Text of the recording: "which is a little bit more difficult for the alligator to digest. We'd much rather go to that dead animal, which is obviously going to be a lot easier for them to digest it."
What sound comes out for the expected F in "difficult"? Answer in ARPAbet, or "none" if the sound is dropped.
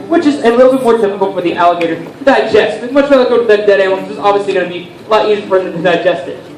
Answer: P